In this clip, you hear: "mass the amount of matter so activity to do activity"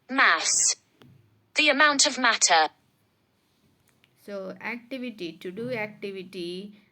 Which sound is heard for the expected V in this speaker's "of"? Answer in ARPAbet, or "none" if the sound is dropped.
V